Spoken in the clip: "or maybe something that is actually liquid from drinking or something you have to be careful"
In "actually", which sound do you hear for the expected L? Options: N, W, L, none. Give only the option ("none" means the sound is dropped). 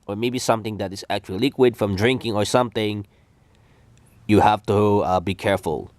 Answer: none